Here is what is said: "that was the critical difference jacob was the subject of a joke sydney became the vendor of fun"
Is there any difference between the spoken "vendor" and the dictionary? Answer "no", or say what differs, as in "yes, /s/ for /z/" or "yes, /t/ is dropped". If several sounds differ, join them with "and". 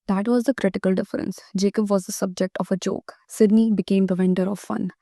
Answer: no